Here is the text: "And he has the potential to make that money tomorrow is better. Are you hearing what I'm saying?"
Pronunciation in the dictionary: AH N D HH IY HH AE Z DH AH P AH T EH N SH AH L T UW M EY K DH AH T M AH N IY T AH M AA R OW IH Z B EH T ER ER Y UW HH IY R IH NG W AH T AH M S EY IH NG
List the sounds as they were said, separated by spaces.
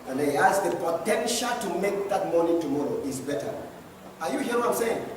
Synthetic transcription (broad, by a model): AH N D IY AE S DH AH P AH T EH N SH AH L T UW M EY K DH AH T M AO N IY T AH M AA R OW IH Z B EH T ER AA Y UW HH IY IH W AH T AH M S EY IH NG